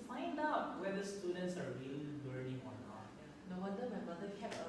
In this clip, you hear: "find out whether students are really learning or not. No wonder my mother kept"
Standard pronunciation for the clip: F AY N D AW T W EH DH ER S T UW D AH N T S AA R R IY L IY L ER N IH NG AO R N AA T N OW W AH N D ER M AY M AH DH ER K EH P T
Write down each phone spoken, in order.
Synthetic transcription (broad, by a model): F AY N D AW T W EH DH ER S T UW D AH N T S AA R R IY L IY W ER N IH NG AO R N AA T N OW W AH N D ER M AY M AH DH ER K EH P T